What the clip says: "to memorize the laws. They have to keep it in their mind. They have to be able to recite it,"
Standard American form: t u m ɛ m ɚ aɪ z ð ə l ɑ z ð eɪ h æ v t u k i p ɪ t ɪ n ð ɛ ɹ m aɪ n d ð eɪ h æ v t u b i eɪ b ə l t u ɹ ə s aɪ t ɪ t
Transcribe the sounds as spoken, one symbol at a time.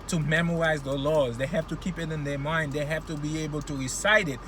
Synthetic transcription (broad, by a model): t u m ɛ m ɚ aɪ z ð ə l ɑ z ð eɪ h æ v t u k i p ɪ t ɪ n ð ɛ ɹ m aɪ n d ð eɪ h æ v t u b i eɪ b ə l t u ɹ ə s aɪ t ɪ t